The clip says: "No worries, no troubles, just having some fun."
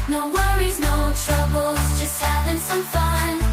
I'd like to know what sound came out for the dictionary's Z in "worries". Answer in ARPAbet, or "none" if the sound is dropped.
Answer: Z